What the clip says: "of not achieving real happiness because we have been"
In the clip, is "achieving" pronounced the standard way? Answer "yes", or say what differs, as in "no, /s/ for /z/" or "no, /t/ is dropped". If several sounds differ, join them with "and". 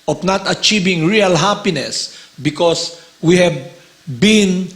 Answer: yes